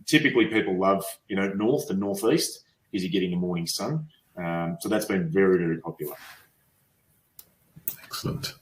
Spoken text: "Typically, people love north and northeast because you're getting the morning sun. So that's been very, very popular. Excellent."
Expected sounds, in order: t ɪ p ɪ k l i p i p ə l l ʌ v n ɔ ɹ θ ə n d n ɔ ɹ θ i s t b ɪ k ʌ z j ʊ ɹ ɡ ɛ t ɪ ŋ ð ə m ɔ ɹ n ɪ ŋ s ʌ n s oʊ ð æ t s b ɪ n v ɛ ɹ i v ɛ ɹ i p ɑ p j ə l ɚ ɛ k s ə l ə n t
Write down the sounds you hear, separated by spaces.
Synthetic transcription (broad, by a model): t ɪ p ɪ k l i p i p l l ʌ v n ɔ ɹ θ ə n n ɔ ɹ θ i s t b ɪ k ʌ z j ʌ ɹ ɡ ɛ t ɪ ŋ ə m ɔ ɹ n ɪ ŋ s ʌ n s oʊ ð æ t s b ɪ n v ɛ ɹ i v ɛ ɹ i p ɑ p j l ɚ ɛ k s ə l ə n t